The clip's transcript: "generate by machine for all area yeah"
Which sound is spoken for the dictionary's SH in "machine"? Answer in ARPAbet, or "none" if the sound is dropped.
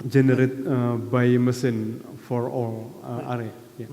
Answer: S